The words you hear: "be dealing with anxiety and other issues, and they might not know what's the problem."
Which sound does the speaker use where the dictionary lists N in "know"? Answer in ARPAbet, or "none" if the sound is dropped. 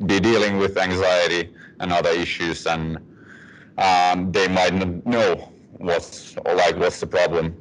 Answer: L